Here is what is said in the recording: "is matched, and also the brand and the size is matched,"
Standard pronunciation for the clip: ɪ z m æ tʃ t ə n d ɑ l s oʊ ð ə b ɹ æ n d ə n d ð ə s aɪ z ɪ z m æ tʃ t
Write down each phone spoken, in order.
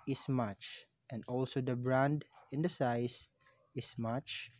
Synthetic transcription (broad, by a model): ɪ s m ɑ tʃ t ə n d ɑ l s oʊ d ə b ɹ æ n d ə n d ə s aɪ s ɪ s m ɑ tʃ